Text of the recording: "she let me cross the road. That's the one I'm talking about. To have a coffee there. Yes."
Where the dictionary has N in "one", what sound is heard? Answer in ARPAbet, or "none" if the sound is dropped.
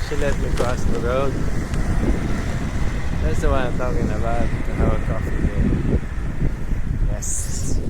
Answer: none